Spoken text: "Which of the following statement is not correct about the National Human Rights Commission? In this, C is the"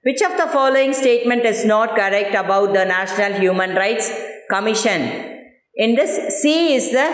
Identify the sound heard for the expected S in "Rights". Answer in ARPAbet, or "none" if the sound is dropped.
S